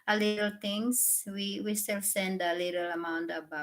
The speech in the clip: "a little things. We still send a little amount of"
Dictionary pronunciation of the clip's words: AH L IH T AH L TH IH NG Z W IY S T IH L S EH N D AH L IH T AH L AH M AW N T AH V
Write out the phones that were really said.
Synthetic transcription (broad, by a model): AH L IH T AH L T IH NG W W IY S T IH L S EH N D AH L IH T AH L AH M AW N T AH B